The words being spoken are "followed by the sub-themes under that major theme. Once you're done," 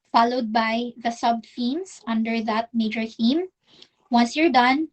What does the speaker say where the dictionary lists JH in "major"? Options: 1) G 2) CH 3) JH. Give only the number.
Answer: 3